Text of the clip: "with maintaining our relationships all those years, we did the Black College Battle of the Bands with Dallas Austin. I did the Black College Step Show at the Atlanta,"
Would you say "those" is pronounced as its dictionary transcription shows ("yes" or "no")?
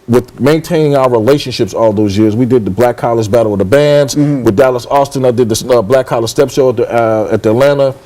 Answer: yes